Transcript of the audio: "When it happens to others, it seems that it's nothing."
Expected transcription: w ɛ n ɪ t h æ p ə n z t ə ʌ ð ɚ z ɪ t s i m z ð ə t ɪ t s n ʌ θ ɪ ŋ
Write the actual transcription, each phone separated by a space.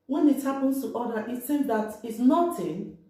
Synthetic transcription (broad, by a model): w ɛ n ɪ t h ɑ p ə n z t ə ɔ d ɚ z ɪ t s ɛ z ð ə t ɪ t s n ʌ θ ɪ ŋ